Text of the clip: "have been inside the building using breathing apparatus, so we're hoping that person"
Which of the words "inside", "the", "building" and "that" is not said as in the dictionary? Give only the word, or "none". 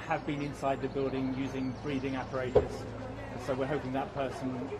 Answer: none